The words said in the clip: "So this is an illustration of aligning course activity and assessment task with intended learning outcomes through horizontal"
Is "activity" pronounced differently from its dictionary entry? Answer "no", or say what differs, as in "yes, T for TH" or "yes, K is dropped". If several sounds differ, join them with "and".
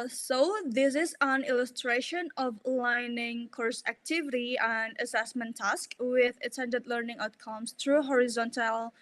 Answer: no